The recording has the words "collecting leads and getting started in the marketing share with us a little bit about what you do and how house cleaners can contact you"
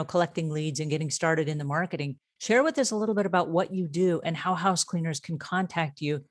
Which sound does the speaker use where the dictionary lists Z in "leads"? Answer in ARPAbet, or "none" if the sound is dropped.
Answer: Z